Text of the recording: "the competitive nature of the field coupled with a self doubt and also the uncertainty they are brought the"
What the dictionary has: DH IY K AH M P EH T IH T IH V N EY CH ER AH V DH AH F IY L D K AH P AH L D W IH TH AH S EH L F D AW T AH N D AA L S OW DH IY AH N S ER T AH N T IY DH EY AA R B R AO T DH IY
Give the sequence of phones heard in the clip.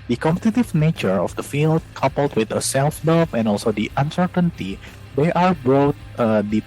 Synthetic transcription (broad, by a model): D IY K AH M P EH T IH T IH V N EY CH ER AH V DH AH F IY L D K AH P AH L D W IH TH AH S EH L F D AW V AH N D AA L S OW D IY AH N S ER T AH N T IY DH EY AA R B AO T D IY